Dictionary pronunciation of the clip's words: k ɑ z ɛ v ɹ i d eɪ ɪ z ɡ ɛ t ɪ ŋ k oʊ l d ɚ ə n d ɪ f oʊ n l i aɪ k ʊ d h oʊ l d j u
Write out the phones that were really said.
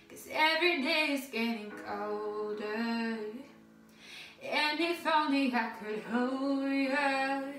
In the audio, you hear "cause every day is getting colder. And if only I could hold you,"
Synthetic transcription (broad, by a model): k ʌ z ɛ v ɹ i d eɪ ɪ z ɡ ɛ t ɪ ŋ k oʊ l d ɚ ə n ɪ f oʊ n i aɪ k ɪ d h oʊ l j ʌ